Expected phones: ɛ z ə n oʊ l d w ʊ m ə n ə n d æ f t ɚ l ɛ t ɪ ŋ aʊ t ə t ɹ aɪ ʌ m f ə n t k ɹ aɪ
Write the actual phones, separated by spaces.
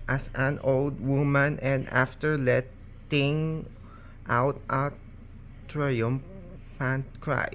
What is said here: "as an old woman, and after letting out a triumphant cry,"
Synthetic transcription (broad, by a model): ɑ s ə n oʊ l d w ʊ m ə n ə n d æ f t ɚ l ɛ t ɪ ŋ aʊ t ə t ɹ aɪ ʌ m p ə n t k ɹ aɪ